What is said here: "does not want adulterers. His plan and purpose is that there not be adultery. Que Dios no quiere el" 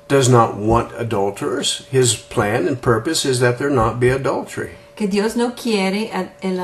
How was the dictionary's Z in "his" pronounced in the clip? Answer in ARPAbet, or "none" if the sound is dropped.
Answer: Z